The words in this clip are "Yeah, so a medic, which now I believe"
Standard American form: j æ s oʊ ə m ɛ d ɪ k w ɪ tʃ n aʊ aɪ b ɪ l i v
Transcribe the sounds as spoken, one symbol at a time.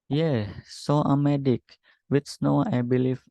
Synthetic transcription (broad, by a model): j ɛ s oʊ ə m ɛ d ɪ k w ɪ s n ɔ aɪ b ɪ l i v